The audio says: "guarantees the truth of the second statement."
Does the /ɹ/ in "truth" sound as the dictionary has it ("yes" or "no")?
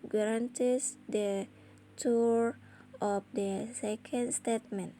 no